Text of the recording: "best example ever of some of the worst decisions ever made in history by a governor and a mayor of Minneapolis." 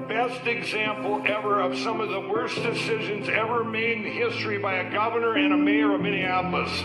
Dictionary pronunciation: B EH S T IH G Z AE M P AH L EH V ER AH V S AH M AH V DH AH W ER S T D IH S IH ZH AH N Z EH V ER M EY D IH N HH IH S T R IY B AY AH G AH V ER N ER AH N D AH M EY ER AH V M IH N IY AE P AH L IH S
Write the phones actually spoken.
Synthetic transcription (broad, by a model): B EH S T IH G Z AE M P L EH V ER AH V S AH M AH V DH AH W ER S D IH S IH ZH AH N Z EH V ER M EY D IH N HH IH S T R IY B AY AH G AH V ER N ER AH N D AH M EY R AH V M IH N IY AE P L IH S